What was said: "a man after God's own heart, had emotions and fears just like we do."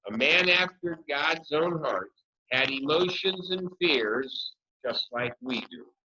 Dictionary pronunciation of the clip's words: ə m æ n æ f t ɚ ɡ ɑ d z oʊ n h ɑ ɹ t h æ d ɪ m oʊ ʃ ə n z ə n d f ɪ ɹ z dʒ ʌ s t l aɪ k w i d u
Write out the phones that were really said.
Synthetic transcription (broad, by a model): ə m æ n æ f t ɚ ɡ ɑ d z oʊ n h ɑ ɹ t h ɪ d ɪ m oʊ ʃ ə n z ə n f ɪ ɹ z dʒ ʌ s t l aɪ k w i d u